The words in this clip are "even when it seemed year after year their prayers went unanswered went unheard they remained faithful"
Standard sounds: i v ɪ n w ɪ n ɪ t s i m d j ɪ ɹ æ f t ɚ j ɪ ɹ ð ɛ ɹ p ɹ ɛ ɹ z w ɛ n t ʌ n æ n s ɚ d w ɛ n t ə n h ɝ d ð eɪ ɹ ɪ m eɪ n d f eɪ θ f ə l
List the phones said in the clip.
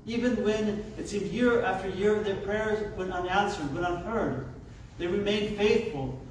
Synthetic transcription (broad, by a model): i v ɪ n w ɪ n ɪ t s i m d j ɪ ɹ æ f t ɚ j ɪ ɹ ð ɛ ɹ p ɹ ɛ ɹ z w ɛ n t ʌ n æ n s ɚ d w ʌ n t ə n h ɝ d ð eɪ ɹ ɪ m eɪ n d f eɪ θ f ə l